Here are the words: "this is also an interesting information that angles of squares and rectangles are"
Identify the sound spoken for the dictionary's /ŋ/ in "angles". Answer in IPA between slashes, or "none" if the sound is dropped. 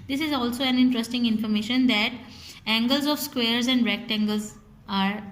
/ŋ/